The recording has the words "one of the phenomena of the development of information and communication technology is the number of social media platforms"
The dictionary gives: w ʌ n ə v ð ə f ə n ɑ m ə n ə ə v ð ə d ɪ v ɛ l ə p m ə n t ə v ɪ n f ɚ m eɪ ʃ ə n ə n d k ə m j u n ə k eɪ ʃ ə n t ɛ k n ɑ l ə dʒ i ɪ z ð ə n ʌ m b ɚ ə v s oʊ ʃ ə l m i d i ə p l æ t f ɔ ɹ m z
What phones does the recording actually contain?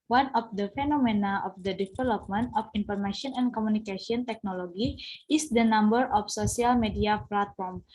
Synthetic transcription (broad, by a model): w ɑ n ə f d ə f ə n ɑ m ə n ə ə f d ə d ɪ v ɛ l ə p m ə n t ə f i n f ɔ m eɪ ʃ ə n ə n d k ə m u n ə k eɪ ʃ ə n t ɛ k n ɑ l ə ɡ i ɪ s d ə n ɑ m b ɚ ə f s oʊ s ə l m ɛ d i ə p l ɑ t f ɔ ɹ m